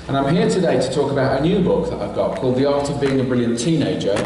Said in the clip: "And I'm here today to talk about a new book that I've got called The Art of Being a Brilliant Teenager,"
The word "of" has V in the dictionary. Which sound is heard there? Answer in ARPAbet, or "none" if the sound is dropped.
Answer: V